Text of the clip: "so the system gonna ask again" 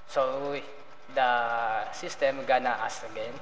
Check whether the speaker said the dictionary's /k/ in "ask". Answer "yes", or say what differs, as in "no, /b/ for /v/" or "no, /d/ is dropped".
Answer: no, /k/ is dropped